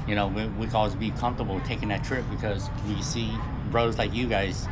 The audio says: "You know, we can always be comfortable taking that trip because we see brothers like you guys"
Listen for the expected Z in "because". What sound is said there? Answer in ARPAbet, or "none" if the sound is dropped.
Z